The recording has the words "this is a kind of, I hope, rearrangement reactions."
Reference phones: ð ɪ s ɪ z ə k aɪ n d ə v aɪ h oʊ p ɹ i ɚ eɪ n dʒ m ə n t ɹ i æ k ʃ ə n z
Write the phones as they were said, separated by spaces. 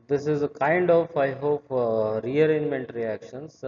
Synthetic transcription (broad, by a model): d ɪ s ɪ z ə k aɪ n d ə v aɪ h oʊ p ɹ i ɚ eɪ n m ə n t ɹ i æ k ʃ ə n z